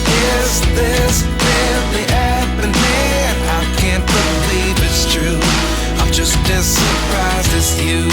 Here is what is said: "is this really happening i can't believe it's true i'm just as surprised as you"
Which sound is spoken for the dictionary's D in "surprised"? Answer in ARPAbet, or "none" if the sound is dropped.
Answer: none